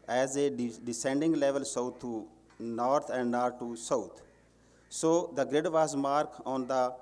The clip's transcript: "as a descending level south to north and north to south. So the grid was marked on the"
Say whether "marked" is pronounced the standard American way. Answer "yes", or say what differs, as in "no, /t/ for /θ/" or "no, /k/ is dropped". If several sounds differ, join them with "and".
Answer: no, /t/ is dropped